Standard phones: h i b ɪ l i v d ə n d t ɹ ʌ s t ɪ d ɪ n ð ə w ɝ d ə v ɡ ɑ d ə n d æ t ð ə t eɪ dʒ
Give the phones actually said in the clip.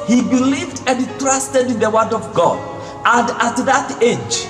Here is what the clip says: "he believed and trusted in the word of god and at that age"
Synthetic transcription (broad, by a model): h i b ɪ l i v d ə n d t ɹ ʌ s t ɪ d ɪ n ð ə w ɝ d ə v ɡ ɑ d ə n d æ t ð ə t eɪ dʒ